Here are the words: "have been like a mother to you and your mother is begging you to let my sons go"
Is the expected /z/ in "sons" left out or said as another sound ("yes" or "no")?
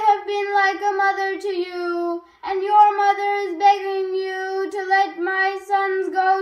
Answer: no